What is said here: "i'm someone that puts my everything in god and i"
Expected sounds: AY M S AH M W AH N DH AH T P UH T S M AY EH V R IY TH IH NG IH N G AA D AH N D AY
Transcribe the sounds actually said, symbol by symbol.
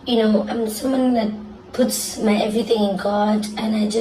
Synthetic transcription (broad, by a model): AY M S AH M W AH N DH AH T P UH T S M AY EH V R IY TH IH NG IH N G AA D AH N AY